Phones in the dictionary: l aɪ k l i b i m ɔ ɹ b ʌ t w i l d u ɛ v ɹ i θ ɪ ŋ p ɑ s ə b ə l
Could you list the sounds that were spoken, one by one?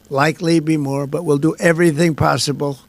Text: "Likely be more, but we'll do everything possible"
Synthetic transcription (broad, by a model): l aɪ k l i b i m ɔ ɹ b ʌ t w i l d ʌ ɛ v ɹ i θ ɪ ŋ p ɑ s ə b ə l